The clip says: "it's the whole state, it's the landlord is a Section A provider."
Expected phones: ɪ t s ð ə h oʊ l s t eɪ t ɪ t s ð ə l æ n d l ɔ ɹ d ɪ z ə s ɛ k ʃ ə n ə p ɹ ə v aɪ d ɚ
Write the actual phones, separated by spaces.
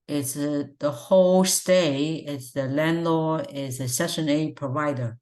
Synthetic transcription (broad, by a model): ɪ t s ð ə h oʊ l s t eɪ ɪ t s ð ə l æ n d l ɔ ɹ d ɪ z ə s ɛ ʃ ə n ə p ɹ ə v aɪ d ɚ